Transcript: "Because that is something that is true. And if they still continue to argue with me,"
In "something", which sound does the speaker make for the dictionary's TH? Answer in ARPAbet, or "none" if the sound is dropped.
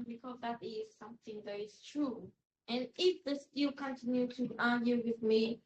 TH